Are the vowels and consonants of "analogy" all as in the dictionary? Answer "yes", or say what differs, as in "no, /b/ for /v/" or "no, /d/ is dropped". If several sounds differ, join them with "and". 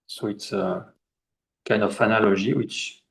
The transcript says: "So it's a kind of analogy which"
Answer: no, /ʒ/ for /dʒ/